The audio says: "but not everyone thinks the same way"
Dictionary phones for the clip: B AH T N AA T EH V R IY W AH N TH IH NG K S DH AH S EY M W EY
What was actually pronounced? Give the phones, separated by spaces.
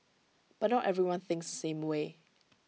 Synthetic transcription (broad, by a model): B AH T N AA T EH V R IY W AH N TH IH NG K S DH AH S EY M W EY